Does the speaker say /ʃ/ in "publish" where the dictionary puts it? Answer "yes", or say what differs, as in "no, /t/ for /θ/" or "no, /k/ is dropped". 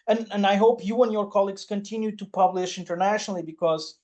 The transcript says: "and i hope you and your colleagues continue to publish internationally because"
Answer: yes